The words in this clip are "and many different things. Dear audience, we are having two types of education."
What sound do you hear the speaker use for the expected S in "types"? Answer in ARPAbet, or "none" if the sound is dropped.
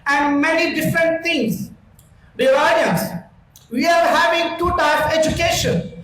none